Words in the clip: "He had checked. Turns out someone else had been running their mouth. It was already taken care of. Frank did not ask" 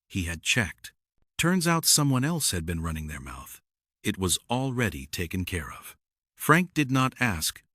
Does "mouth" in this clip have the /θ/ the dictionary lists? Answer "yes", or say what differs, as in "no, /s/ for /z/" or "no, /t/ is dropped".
yes